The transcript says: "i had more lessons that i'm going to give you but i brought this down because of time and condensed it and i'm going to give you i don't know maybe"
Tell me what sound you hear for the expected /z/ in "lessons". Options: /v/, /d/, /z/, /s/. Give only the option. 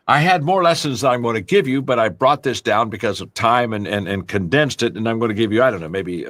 /z/